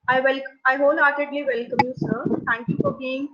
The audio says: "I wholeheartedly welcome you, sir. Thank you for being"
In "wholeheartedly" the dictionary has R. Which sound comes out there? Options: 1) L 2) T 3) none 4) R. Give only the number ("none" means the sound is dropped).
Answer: 1